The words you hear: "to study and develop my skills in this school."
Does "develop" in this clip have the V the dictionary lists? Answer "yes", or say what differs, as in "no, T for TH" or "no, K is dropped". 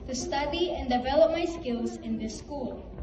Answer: yes